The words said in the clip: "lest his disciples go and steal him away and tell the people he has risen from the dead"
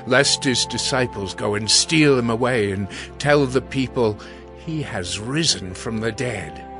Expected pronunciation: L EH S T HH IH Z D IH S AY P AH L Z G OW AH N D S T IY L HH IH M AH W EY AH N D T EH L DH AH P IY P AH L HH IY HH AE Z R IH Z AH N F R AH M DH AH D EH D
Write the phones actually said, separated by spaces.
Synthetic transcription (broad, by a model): L EH S T HH IH Z D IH S AY P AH L Z G OW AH N S T IY L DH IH M AH W EY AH N T EH L DH AH P IY P AH L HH IY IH Z R IH Z AH N F R AH M DH AH D EH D